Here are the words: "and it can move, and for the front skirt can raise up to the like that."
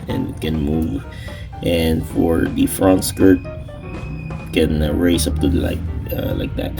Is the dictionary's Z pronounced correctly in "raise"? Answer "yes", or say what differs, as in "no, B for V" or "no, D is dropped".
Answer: no, S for Z